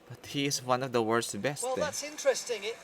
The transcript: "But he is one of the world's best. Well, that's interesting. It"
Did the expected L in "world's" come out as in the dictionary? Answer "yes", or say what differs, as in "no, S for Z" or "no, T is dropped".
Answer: no, L is dropped